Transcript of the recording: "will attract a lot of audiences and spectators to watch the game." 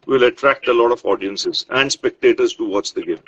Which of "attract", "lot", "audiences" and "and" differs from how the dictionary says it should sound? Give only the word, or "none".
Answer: none